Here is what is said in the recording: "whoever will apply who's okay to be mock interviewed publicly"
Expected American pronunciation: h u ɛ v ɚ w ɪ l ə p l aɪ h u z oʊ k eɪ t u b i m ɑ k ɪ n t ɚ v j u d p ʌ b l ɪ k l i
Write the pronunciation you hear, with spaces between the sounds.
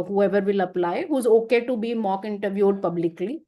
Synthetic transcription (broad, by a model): h u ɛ v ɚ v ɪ l ə p l aɪ h u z oʊ k eɪ t u b i m ɑ k ɪ n t ɚ v j u d p ʌ b l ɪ k l i